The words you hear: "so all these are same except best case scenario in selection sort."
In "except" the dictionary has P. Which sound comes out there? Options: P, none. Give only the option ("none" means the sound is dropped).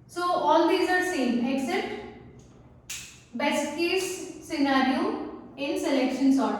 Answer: none